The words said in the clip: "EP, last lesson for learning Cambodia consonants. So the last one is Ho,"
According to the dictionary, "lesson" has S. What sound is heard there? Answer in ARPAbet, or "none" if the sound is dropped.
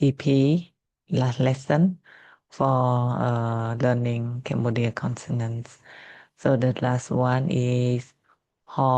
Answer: S